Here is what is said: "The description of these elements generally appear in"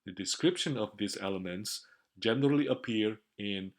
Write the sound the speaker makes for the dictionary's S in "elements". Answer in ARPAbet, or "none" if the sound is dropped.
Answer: S